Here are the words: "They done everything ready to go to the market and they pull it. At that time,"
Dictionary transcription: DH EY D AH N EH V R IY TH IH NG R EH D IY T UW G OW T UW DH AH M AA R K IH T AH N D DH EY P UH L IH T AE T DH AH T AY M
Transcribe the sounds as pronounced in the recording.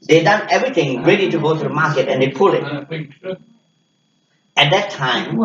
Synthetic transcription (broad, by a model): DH EY D AH N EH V R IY T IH NG R EH D IY T UW G OW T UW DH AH M AA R K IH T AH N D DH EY P UH L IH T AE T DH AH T AY M